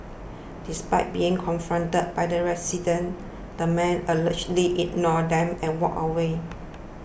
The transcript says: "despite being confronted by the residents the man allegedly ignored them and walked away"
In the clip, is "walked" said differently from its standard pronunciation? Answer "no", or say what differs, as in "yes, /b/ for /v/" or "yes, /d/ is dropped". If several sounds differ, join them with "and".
yes, /t/ is dropped